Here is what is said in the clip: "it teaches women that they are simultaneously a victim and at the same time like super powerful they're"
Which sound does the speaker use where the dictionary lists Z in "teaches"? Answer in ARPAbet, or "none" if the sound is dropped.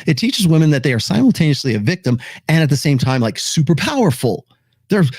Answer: Z